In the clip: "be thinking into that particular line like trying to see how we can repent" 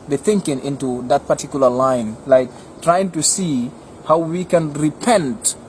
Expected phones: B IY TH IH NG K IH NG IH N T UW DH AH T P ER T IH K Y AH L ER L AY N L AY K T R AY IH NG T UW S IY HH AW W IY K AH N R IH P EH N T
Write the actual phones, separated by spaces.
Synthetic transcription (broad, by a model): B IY TH IH NG K IH NG IH N T UW DH AH T P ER T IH K Y L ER L AY N L AY K T R AY IH NG T UW S IY HH AW W IY K AH N R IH P EH N T